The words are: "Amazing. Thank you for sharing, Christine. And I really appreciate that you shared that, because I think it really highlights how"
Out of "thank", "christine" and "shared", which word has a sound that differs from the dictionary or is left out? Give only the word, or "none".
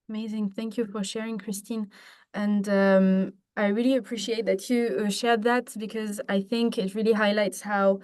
none